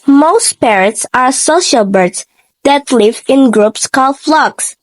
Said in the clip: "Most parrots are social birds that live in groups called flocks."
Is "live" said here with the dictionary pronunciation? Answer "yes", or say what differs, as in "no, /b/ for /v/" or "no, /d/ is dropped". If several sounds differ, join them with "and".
yes